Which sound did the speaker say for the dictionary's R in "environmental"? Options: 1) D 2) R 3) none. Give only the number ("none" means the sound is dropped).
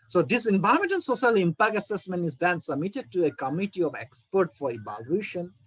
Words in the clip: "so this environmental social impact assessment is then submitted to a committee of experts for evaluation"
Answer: 3